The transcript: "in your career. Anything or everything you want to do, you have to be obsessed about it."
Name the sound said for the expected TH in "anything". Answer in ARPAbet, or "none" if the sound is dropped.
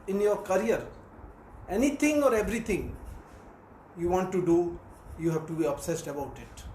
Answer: T